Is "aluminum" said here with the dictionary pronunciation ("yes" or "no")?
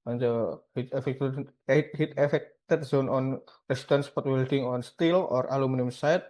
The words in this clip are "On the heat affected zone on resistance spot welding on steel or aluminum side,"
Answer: yes